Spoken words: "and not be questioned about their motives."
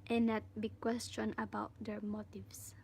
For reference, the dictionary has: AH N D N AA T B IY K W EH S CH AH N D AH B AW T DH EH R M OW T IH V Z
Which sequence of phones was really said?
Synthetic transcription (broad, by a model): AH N N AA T B IY K W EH S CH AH N AH B AW T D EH R M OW T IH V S